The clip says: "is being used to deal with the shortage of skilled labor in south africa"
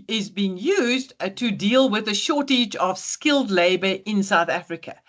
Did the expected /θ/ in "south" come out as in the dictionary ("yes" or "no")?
yes